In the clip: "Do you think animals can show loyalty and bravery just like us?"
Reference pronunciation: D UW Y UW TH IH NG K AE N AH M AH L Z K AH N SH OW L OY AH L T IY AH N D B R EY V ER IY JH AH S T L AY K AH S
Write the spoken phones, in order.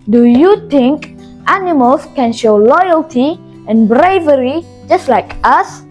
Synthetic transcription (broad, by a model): D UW Y UW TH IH NG K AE N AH M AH L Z K AH N SH OW L OY AH L T IY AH N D B R EY V ER IY JH AH S T L AY K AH S